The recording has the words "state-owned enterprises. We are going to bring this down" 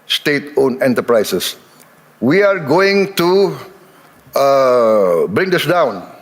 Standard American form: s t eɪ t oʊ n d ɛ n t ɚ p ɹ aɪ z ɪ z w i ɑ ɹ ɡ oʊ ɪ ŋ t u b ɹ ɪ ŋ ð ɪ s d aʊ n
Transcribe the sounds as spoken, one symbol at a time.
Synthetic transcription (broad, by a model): s t eɪ t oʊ n ɛ n t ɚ p ɹ aɪ s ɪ s w i ɑ ɹ ɡ oʊ ɪ ŋ t u b ɹ ɪ ŋ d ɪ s d aʊ n